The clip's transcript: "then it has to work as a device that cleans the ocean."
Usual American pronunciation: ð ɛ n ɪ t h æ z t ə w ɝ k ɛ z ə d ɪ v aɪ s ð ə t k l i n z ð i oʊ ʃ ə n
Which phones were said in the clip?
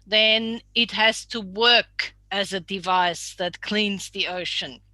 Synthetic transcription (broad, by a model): ð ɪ n ɪ t h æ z t ə w ɝ k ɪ z ə d ɪ v aɪ s ð ə t k l i n z ð i oʊ ʃ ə n